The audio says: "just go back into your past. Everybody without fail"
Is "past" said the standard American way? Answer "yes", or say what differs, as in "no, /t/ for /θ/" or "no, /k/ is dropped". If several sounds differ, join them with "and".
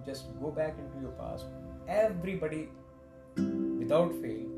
no, /t/ is dropped